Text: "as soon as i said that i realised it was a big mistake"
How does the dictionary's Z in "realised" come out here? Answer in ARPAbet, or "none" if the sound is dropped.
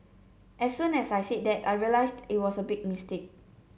S